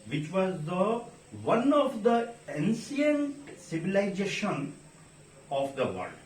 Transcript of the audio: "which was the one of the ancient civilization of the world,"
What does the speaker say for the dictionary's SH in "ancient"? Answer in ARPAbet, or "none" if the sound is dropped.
S